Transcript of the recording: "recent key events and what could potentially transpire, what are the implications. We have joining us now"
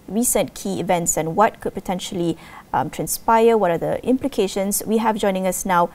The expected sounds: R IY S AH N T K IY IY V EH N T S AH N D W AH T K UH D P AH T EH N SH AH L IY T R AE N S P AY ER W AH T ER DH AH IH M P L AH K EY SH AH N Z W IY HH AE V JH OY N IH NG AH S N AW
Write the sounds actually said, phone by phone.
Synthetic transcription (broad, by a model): R IY S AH N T K IY IY V EH N T S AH N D W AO T K UH D P AH T EH N SH AH L IY T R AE N S P AY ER W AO T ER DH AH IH M P L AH K EY SH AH N S W IY HH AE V JH OY N IH NG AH S N AW